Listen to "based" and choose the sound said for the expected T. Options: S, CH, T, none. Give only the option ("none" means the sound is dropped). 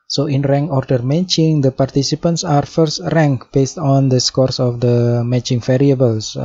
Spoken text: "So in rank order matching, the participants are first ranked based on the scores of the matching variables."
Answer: T